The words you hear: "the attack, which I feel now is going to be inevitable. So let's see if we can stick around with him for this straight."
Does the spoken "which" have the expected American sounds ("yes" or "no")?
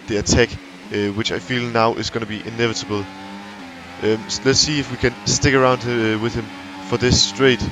yes